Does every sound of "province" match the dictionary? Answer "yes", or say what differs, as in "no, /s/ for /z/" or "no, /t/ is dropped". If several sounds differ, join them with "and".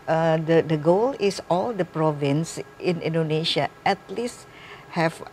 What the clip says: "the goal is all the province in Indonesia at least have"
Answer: yes